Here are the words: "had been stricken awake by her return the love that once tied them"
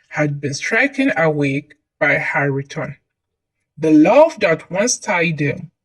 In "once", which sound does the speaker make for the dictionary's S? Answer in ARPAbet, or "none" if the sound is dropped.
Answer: S